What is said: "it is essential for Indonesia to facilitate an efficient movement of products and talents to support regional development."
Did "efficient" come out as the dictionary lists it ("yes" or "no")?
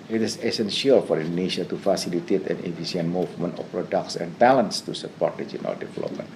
no